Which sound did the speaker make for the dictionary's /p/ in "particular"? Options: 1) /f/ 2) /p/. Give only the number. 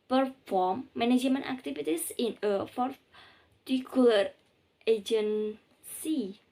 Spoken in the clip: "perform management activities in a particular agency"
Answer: 1